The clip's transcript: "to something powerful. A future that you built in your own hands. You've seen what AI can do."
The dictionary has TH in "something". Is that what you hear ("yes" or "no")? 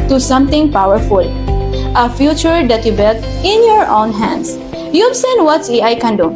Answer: no